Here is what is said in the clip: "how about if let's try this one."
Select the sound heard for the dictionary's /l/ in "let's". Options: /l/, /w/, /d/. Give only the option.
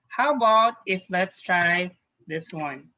/l/